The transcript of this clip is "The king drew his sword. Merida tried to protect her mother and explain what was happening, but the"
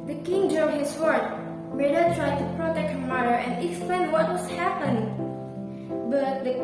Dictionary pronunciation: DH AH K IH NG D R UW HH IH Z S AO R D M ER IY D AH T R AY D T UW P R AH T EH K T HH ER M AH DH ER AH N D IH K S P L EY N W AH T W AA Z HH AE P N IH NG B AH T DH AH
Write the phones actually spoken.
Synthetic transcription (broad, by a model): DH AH K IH NG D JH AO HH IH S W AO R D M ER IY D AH T R AY D T UW P R AH T EH K T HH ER M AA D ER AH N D IH K S P L EY N W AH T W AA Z HH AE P IH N B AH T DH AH